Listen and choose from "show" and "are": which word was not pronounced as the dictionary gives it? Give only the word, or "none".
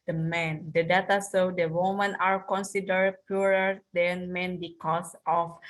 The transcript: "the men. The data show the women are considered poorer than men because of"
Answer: show